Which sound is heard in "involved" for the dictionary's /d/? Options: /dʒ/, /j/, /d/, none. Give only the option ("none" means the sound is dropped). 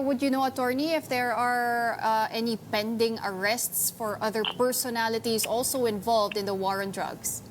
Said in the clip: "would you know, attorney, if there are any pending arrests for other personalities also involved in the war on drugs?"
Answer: /d/